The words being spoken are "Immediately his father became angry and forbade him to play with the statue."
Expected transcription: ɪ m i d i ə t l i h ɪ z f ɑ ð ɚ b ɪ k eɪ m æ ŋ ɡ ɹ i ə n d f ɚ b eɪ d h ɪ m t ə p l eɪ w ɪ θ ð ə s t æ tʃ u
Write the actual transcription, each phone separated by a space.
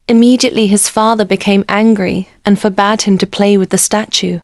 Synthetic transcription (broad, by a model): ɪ m i d i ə t l i ɪ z f ɑ ð ɚ b ɪ k eɪ m æ ŋ ɡ ɹ i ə n f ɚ b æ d h ɪ m t ə p l eɪ w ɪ ð ə s t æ tʃ u